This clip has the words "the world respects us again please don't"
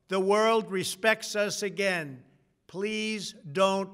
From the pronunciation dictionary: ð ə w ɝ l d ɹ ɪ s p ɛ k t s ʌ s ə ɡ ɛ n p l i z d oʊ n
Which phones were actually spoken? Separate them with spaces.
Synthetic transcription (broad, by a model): ð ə w ɝ l d ɹ ɪ s p ɛ k t s ʌ s ə ɡ ɛ n p l i z d oʊ n